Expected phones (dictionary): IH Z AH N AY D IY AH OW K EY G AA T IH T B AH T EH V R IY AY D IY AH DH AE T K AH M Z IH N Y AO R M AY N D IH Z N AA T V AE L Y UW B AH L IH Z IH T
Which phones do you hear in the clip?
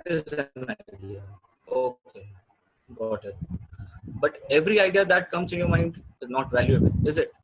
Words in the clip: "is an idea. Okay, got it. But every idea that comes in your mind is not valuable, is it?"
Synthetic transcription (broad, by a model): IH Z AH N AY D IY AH OW K EY G AA T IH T B AH T EH V R IY AY D IY AH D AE T K AH M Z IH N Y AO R M AY N D IH Z N AA T V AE L Y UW AH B IH Z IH T